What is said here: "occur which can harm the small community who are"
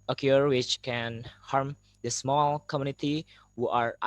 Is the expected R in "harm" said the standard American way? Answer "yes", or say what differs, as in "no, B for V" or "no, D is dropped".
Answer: yes